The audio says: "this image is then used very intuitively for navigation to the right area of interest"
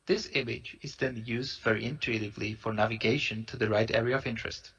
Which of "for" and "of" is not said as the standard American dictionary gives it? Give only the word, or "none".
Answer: none